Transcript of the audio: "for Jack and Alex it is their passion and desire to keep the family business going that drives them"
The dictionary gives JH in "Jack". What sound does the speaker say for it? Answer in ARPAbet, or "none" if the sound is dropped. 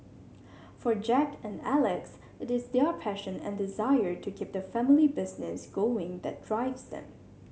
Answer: JH